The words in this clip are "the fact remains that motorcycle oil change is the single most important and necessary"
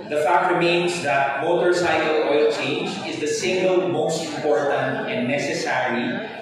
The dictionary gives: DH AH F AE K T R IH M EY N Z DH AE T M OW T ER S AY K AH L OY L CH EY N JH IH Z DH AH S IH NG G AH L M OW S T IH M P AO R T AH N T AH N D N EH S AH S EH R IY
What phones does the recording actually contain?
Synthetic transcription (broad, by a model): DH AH F AE K T R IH M EY N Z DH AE T M OW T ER S AY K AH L OY L CH EY N JH IH Z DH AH S IH NG G AH L M OW S T IH M P AO R T AH N T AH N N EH S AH S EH R IY